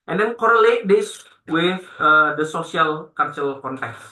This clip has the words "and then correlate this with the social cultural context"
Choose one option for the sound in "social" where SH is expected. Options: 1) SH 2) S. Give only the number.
2